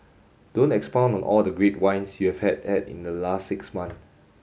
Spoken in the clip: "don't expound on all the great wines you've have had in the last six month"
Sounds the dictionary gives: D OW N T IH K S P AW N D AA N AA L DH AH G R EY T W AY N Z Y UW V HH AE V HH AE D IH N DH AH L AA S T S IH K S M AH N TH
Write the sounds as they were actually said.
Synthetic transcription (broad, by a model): D OW N T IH K S P AW N AA N AA L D AH G R EY T W AY N S Y UW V HH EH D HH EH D IH N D AH L AA S T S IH K S M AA N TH